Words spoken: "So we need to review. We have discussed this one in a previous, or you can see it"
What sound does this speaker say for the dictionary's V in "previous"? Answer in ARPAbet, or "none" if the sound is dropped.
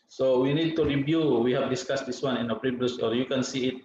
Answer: B